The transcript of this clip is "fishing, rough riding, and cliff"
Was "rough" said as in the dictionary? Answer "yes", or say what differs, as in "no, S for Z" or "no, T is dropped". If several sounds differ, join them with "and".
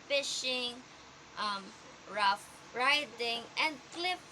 yes